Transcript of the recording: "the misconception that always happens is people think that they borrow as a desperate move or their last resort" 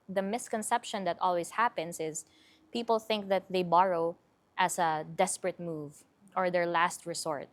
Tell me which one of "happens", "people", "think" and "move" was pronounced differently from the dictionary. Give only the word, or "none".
happens